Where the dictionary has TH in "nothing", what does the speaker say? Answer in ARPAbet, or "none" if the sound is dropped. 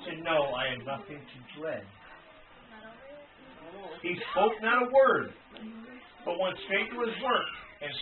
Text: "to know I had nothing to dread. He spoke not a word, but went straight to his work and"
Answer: TH